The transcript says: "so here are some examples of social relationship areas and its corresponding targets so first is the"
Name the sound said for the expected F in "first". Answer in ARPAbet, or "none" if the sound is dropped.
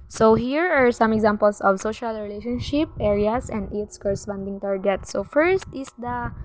F